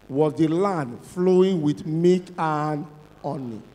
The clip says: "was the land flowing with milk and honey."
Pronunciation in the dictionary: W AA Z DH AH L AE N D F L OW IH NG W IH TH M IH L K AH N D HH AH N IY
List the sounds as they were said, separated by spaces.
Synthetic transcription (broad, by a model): W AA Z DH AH L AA N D F L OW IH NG W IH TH M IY K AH N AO N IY